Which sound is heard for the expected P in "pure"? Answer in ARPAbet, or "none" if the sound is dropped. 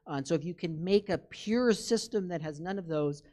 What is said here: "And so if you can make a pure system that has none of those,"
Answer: P